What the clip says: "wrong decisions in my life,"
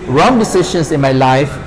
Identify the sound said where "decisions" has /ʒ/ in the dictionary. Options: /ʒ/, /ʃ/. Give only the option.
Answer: /ʃ/